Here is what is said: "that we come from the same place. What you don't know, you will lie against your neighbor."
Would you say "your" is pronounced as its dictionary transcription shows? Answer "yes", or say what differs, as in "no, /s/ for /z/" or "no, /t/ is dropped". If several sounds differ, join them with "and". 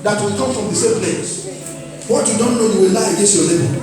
no, /l/ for /ɹ/